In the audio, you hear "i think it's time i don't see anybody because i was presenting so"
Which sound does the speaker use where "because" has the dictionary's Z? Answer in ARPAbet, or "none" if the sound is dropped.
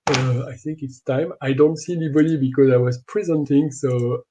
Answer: Z